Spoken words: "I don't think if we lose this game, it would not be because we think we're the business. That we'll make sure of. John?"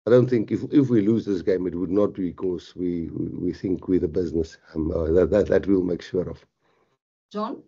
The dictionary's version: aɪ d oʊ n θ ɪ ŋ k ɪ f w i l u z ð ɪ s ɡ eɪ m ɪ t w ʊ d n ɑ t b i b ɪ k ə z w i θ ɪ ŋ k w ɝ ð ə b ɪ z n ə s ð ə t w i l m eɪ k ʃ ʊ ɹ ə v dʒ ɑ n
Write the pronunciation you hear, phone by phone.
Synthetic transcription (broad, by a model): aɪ d oʊ n θ ɪ ŋ k ɪ f w i l u z ð ɪ s ɡ eɪ m ɪ t w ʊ d n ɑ t b i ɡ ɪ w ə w w i θ ɪ ŋ k w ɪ ð ə b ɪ z n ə s ð ə t w i l m eɪ k ʃ ʊ ɹ ə v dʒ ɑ n